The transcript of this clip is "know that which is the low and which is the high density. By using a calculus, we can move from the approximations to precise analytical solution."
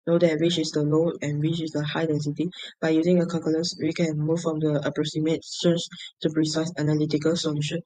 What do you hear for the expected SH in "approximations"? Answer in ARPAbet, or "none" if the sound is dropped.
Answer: S